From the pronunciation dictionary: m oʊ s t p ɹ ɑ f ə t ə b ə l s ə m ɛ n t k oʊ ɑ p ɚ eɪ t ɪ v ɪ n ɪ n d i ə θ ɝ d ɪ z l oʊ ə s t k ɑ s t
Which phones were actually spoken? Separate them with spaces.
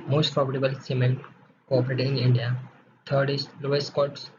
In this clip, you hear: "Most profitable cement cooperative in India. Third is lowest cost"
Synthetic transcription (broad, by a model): m oʊ s t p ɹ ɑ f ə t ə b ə l s ə m ɛ n t k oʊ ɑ p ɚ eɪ t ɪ ɪ n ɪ n d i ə t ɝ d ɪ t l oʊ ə s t k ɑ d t